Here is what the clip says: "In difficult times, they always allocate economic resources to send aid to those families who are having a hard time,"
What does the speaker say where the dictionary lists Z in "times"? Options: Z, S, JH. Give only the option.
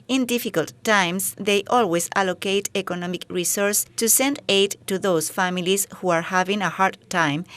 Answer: S